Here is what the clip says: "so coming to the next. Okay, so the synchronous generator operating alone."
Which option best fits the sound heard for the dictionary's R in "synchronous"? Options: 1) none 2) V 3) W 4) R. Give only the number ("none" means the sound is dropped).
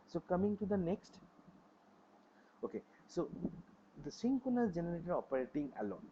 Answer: 1